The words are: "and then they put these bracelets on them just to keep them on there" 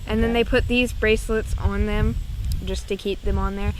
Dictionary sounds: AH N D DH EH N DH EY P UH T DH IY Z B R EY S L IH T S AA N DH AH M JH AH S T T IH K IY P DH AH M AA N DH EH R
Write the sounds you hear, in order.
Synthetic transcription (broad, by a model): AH N DH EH N DH EY P UH T DH IY Z B R EY S L IH T S N DH AH M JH AH S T T IH K IY P DH AH M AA N DH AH R